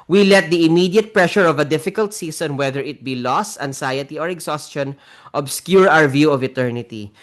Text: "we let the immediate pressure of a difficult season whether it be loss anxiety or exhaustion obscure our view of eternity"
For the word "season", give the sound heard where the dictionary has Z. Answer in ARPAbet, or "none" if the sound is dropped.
S